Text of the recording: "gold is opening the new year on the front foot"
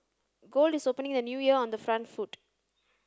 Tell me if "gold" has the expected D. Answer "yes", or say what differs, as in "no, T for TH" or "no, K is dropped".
yes